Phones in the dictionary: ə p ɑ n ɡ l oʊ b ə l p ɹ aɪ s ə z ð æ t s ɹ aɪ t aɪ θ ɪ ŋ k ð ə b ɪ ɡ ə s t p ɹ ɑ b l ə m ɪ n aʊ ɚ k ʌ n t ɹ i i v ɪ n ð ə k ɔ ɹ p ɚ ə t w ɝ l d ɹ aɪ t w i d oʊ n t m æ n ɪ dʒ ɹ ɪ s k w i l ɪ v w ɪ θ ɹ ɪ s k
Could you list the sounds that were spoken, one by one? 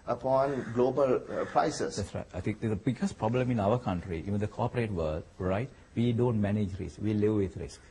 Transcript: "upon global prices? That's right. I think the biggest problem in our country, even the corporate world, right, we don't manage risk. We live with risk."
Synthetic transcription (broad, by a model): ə p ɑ n ɡ l oʊ b ə l p ɹ aɪ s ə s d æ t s ɹ aɪ t aɪ t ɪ ŋ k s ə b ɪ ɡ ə s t p ɹ ɑ b l ə m ɪ n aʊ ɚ k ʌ n t ɹ i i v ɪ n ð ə k ɔ p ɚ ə t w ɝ l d ɹ aɪ t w i d oʊ n t m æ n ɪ dʒ ɹ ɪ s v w i l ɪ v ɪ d ɹ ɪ s k